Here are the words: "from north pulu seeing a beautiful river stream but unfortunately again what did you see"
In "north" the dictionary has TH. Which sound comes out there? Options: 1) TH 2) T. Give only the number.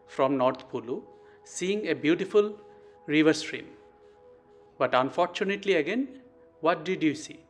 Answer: 2